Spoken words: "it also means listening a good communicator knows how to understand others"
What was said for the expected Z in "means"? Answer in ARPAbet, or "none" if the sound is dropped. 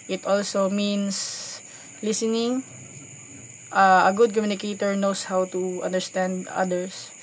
S